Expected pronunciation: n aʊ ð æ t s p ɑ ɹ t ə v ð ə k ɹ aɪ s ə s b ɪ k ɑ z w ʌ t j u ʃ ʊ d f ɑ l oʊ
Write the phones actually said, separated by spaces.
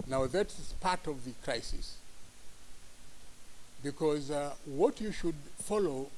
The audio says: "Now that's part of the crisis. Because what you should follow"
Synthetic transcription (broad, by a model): n aʊ ð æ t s p ɑ ɹ t ə v ð ə k ɹ aɪ s ə s b ɪ k ɑ z w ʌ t j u ʃ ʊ d f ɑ l oʊ